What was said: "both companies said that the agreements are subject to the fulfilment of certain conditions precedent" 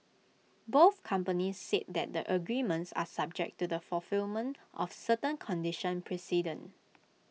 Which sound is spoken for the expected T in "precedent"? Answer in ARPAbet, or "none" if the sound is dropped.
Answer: none